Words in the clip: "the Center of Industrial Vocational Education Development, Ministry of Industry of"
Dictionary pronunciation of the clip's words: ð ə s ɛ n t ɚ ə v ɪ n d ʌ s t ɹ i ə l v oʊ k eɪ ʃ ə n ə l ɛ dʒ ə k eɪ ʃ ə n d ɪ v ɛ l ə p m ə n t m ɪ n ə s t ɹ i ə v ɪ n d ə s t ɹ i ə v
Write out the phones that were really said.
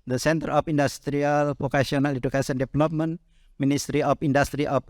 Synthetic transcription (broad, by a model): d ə s ɛ n t ɚ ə f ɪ n d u s t ɹ i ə l p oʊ k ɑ s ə n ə l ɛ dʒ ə k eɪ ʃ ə n d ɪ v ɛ l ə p m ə n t m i n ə s t ɹ i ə f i n d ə s t ɹ i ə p